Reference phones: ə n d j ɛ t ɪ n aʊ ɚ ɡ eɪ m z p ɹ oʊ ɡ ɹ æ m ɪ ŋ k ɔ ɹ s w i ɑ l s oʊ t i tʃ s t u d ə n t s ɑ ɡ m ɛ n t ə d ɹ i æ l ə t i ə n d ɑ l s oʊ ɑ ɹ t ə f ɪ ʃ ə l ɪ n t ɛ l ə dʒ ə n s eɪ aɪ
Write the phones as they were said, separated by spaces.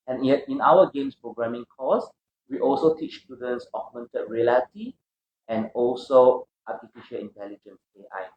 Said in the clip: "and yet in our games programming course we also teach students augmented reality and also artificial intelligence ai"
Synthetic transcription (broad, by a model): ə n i ɪ n aʊ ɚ ɡ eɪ m s p ɹ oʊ ɡ ɹ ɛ m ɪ ŋ k ɔ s w i ɑ l s oʊ t i tʃ s t u d ə n t s ɑ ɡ m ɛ n t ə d ɹ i l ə t i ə n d ɑ l s oʊ ɑ t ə f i ʃ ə l ɪ n t ɛ l ə dʒ ə n s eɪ aɪ